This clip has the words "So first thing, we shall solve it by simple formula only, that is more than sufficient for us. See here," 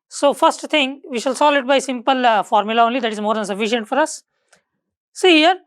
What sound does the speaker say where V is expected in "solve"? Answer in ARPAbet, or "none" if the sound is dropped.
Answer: none